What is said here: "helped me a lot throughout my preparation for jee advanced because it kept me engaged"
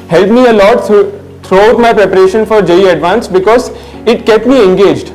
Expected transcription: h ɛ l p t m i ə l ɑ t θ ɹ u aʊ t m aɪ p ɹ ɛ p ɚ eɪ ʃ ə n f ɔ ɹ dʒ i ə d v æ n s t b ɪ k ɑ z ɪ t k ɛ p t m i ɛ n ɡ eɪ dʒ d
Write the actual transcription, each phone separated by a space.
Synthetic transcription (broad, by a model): h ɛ l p m i ə l ɑ t t ɹ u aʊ t m aɪ p ɹ ɛ p ɚ eɪ ʃ ə n f ɔ ɹ dʒ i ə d v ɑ n s b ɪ k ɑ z ɪ t k ɛ p t m i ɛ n ɡ eɪ dʒ d